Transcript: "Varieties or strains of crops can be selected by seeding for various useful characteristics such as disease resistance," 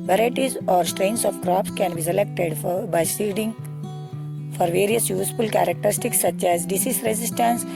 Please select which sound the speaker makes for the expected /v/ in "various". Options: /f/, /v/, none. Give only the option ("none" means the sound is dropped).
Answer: /v/